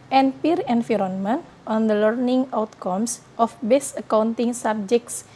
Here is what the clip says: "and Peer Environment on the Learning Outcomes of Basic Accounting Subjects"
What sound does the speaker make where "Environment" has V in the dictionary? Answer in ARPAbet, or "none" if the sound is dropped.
F